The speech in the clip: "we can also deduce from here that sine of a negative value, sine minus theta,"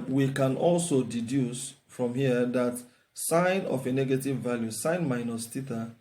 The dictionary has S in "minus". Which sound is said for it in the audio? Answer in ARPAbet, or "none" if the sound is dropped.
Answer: S